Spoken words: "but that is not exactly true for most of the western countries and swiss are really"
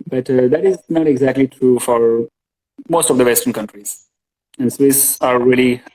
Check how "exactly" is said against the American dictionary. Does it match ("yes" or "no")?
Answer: yes